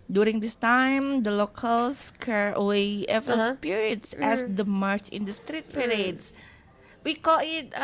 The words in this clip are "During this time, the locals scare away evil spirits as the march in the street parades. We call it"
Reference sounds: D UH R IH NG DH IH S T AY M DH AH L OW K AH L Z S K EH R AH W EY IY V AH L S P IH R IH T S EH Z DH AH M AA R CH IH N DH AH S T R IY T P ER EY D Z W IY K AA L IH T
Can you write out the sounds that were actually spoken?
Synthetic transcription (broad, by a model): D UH R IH NG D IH S T AY M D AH L OW K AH L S K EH R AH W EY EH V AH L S P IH R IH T S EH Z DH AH M AA R CH IH N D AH S T R IY T P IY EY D S W IY K AA L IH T